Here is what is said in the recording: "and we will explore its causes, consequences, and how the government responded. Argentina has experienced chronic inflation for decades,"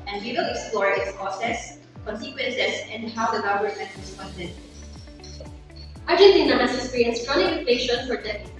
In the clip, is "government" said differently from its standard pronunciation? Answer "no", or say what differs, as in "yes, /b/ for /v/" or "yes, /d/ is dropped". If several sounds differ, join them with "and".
yes, /v/ is dropped